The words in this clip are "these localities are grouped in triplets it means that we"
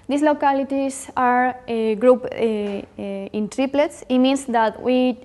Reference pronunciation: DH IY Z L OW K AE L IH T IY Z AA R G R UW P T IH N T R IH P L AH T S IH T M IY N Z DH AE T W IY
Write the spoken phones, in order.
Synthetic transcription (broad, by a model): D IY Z L OW K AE L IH T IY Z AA R G R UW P IH N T R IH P L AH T S IH T M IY N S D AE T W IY